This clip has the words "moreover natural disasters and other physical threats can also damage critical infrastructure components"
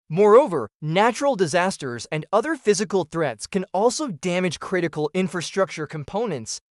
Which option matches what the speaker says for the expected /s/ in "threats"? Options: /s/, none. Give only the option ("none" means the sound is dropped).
/s/